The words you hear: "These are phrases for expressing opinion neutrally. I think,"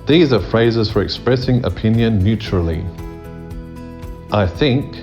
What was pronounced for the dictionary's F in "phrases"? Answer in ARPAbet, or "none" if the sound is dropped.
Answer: F